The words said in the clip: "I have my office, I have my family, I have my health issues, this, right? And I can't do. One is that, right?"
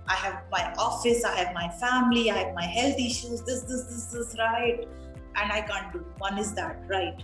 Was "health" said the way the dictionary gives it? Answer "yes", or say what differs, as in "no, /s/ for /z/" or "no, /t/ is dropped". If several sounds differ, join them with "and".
no, /t/ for /θ/